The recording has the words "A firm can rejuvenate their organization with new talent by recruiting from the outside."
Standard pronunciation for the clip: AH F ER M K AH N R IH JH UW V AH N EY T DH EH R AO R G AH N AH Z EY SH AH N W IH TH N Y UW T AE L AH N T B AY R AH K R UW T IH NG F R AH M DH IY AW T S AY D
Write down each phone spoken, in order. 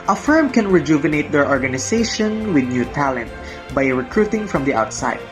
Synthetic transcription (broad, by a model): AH F ER M K AH N R IH JH UW V AH N EY T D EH R AO R G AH N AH S EY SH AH N W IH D N Y UW T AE L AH N T B AY R AH K R UW T IH NG F R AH M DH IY AW T S AY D